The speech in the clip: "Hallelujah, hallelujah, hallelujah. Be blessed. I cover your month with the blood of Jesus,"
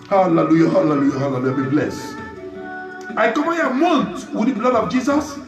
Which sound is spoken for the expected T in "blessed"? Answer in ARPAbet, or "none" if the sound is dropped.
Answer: none